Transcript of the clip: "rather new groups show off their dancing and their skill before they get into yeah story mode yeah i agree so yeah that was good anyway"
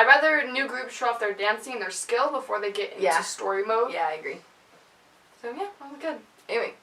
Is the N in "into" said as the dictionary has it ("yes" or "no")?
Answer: no